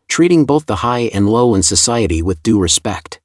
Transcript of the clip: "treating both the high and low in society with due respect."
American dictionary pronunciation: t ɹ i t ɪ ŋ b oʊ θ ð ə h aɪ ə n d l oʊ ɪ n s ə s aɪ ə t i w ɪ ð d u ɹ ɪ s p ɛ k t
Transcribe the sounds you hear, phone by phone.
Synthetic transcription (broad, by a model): t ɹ i t ɪ ŋ b oʊ θ ð ə h aɪ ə n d l oʊ ɪ n s ə s aɪ ə t i w ɪ ð d u ɹ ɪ s p ɛ k t